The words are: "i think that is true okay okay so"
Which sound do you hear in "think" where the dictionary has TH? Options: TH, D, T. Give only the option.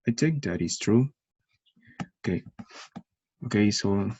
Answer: T